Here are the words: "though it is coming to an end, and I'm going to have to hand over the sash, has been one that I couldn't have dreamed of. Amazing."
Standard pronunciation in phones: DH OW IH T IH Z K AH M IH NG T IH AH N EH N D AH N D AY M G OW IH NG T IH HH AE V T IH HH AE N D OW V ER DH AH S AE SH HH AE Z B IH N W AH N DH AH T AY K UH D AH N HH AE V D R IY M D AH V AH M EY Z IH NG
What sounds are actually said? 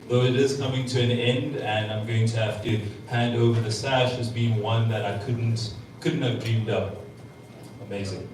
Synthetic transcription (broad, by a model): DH OW IH T IH Z K AH M IH NG T IH AH N EH N D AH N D AY M G OW IH NG T IH HH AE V T IH HH AE N D OW V ER DH AH S AE SH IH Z B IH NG W AH N DH AH T AY K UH D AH N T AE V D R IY M D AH P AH M EY Z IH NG